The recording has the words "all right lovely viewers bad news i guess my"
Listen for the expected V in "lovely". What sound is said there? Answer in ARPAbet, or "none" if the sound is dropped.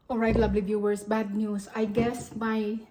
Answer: B